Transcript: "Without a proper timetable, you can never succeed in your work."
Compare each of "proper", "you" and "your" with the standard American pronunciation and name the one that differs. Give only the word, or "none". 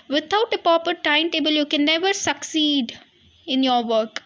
proper